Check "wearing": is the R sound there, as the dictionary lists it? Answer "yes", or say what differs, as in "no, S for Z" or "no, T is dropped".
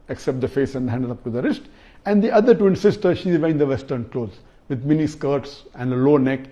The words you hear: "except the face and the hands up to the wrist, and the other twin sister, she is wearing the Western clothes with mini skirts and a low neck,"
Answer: no, R is dropped